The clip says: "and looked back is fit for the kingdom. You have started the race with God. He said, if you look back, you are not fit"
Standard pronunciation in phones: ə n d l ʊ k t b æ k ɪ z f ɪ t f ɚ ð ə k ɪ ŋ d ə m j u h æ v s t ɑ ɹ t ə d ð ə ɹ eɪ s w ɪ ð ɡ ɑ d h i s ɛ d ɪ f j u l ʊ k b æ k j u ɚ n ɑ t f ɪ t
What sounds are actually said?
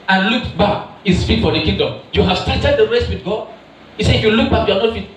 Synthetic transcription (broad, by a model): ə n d l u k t b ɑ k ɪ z f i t f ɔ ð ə k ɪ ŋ d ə m j u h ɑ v s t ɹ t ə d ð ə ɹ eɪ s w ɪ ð ɡ ɑ d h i s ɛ ɪ f j u l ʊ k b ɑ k j u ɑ n ɑ t f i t